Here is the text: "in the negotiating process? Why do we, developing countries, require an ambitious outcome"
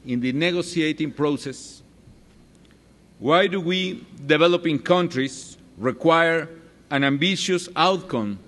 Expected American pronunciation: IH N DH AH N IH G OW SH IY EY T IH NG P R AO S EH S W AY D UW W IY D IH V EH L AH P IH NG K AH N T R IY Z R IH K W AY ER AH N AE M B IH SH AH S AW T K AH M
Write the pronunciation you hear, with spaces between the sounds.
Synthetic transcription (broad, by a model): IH N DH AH N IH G OW S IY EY T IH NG P R AO S EH S W AY D UW W IY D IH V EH L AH P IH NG K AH N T R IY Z R IH K W AY ER AH N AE M B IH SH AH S AW T K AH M